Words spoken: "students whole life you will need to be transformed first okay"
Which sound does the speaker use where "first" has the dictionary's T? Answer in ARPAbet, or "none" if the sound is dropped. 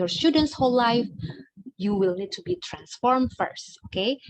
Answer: T